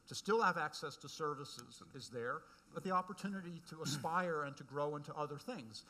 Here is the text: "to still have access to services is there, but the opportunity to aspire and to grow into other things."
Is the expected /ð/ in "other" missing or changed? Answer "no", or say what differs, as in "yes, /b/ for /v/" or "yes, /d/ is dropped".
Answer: no